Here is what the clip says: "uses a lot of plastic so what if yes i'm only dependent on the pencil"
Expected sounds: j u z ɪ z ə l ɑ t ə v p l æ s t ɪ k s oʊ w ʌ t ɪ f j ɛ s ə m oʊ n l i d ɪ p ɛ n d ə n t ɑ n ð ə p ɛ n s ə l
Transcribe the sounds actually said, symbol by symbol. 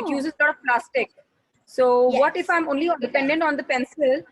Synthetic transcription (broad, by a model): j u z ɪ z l ɑ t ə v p l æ s t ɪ k s oʊ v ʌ t ɪ f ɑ ə m oʊ n l i d ɪ p ɛ n d ə n t ɑ n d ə p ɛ n s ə l